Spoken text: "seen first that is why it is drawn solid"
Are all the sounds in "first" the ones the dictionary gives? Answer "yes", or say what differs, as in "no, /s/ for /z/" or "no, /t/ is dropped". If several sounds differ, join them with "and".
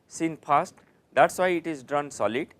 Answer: no, /p/ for /f/